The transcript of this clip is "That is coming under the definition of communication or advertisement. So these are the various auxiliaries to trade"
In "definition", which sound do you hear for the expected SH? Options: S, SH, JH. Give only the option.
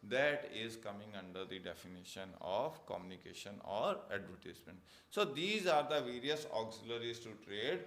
SH